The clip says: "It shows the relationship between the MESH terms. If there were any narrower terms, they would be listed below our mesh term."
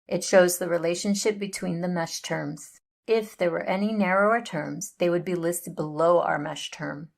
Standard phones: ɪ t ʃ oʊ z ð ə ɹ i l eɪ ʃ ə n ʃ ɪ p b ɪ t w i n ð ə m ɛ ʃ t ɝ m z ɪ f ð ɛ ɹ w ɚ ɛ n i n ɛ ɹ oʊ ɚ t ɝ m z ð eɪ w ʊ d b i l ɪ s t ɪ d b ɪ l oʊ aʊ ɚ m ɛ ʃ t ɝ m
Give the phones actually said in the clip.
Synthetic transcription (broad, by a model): ɪ t ʃ oʊ z ð ə ɹ i l eɪ ʃ ə n ʃ ɪ p b ɪ t w i n ð ə m ɛ ʃ t ɝ m z ɪ f ð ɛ ɹ w ɚ ɛ n i n ɛ ɹ oʊ ɚ t ɝ m z ð eɪ w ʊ d b i l ɪ s t ɪ d b ɪ l oʊ aʊ ɚ m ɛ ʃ t ɝ m